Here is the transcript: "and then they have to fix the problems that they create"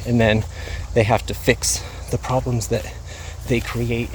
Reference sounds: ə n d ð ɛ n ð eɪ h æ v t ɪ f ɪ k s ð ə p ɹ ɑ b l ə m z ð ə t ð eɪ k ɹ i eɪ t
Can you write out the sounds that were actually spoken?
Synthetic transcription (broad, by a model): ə n ð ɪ n ð eɪ h æ f t ɪ f ɪ k s ð ə p ɹ ɑ b l ə m z ð ə t ð eɪ k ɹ i eɪ t